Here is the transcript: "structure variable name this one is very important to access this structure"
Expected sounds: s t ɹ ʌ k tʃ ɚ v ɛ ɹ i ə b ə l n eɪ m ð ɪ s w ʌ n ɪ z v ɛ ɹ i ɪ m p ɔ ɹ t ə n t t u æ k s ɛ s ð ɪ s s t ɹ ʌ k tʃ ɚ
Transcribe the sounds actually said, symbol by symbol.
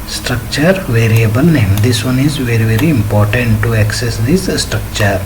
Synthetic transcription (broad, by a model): s t ɹ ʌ k tʃ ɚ v ɛ ɹ i ə b ə l n eɪ m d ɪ s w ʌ n ɪ z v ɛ ɹ i ɪ m p ɔ ɹ t ə n t t u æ k s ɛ s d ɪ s s t ɹ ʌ k tʃ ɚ